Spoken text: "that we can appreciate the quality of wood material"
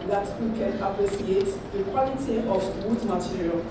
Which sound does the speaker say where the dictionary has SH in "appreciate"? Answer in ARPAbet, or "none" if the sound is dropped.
S